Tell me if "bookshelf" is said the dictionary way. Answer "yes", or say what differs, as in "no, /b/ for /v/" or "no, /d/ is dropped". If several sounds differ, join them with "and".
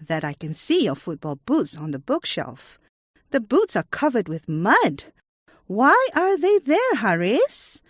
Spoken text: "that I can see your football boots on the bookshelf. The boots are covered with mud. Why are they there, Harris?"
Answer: yes